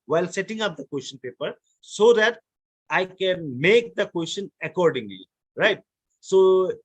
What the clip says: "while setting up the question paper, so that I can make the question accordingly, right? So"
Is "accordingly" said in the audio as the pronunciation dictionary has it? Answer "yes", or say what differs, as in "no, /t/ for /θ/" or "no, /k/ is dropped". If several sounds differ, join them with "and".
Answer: yes